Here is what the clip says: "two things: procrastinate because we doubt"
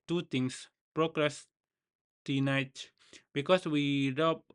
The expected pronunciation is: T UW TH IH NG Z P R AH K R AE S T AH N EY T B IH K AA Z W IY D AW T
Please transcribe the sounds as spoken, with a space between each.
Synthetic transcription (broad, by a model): T UW T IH NG S P R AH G R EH S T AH N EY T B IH K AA S W IY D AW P